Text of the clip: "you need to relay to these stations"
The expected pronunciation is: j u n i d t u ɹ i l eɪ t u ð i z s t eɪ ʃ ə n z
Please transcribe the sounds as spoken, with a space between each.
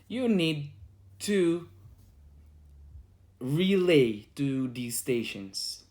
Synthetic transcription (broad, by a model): j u n i d t u ɹ i l eɪ t u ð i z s t eɪ ʃ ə n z